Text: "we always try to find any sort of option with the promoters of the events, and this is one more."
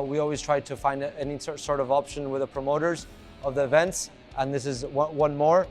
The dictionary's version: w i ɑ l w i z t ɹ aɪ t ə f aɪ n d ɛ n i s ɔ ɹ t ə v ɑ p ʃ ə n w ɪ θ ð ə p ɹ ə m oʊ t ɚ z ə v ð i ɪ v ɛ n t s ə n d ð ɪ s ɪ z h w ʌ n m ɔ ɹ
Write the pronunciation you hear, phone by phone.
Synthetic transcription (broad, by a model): w i ɑ l w i z t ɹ aɪ t ə f aɪ n d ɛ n i s ɔ ɹ t ə v ɑ p ʃ ə n w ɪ ð ə p ɹ ə m oʊ t ɚ z ə v ð i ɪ v ɛ n t s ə n ð ɪ s ɪ z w w ʌ n m ɔ ɹ